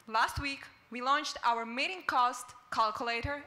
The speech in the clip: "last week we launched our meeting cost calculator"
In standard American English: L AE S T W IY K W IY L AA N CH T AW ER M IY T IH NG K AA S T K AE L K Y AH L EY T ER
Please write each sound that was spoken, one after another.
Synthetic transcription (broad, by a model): L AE S T W IY K W IY L AA N CH T AW ER M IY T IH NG K AA S T K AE L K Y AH L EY T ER